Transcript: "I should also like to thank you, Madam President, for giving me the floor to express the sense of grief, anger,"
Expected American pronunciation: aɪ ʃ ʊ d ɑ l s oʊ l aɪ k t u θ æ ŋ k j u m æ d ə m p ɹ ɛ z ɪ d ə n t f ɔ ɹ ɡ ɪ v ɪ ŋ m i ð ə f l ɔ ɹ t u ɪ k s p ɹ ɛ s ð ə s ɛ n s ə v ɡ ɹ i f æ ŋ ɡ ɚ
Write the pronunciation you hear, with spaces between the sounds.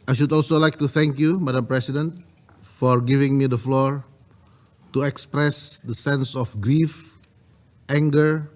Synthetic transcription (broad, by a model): aɪ ʃ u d ɑ l s oʊ l aɪ k t u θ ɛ ŋ k j u m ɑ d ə m p ɹ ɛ s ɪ d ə n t f ɔ ɹ ɡ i v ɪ ŋ m i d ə f l ɔ ɹ t u ɪ k s p ɹ ɛ s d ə s ɛ n s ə f ɡ ɹ i f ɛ ŋ ɡ ɚ